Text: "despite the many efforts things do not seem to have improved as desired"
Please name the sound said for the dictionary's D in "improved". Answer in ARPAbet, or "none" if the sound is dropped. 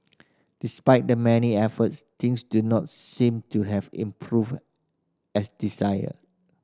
none